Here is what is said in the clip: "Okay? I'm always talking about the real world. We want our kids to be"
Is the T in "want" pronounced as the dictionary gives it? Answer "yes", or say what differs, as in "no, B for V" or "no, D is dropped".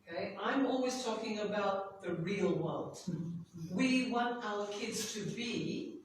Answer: yes